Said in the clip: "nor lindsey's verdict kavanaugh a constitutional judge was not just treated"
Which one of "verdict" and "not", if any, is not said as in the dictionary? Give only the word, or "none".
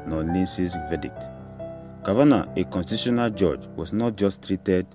verdict